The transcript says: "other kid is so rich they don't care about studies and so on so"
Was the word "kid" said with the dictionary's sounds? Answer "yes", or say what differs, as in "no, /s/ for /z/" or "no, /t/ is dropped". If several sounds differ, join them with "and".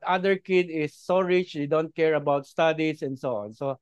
yes